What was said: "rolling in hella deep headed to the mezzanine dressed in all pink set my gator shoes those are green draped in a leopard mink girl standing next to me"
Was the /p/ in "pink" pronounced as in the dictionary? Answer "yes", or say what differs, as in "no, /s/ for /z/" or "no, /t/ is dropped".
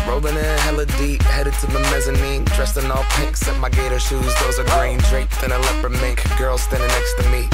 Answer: yes